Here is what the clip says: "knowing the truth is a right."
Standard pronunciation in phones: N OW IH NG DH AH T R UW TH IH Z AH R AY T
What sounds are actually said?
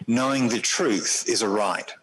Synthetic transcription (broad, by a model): N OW IH NG DH AH T R UW TH IH Z AH R AY T